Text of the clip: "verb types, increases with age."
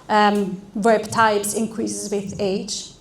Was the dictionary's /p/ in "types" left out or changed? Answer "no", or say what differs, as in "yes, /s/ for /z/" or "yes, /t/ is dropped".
yes, /b/ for /p/